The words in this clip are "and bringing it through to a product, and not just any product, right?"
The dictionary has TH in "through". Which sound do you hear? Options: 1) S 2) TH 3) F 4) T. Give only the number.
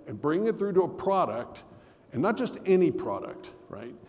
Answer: 2